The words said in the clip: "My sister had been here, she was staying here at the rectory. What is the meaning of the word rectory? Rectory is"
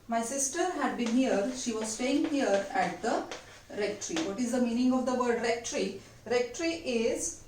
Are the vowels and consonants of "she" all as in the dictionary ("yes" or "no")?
yes